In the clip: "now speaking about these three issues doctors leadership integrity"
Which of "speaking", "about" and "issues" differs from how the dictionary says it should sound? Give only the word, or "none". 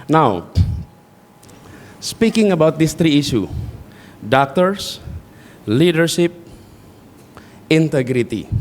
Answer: issues